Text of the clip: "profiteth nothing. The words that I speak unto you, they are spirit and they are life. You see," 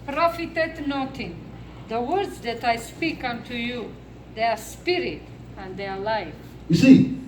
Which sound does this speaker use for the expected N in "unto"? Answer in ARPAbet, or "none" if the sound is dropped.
N